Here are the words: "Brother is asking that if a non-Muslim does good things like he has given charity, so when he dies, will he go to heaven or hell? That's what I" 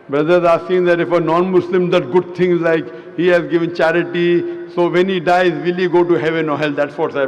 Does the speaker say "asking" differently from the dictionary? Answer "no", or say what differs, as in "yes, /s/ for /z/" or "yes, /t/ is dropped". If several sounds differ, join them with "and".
yes, /k/ is dropped